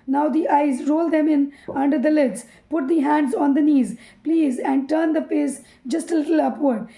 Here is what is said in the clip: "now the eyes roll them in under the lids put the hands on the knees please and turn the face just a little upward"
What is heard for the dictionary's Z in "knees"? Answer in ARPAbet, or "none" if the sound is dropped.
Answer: Z